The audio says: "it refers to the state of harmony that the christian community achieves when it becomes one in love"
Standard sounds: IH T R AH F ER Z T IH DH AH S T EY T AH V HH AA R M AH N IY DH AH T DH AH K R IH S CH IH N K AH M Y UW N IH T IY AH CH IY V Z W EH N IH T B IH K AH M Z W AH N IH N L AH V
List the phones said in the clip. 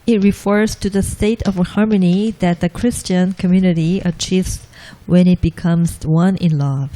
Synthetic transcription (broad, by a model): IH T R AH F ER Z T IH DH AH S T EY T AH V HH AA R M AH N IY DH AH T DH AH K R IH S CH IH N K AH M Y UW N IH T IY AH CH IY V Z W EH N IH T B IH K AH M Z W AH N IH N L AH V